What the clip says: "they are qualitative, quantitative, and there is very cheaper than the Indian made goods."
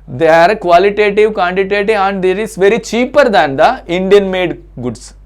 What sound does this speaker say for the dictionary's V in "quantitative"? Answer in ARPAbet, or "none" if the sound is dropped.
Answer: none